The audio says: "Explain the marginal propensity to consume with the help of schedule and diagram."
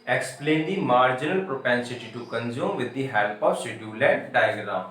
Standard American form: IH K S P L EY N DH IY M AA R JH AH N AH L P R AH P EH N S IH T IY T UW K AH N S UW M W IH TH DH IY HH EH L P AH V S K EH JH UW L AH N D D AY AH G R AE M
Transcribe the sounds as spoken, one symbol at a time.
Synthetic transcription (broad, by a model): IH K S P L EY N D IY M AA R JH AH N AH L P R AH P EH N S IH T IY T UW K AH N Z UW M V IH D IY HH EH L P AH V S EH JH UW L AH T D D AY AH G R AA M